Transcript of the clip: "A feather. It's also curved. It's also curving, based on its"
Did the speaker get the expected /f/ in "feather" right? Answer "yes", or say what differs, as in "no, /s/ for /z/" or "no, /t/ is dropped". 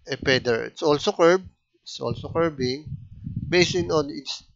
no, /p/ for /f/